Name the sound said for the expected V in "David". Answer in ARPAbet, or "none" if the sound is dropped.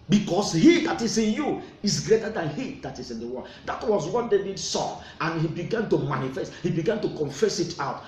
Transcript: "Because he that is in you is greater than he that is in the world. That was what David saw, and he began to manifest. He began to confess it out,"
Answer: B